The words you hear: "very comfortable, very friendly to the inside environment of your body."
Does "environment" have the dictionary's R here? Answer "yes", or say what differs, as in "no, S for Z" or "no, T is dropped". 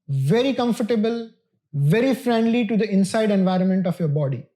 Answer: yes